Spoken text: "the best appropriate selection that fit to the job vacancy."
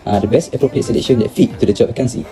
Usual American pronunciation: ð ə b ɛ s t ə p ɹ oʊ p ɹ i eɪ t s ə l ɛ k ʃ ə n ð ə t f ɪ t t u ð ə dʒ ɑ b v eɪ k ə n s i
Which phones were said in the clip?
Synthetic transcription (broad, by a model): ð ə b ɛ s t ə p ɹ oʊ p ɹ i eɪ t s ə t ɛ ʃ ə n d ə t f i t t u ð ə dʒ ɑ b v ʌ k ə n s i